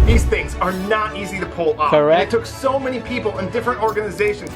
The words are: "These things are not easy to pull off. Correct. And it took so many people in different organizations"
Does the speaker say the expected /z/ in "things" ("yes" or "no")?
yes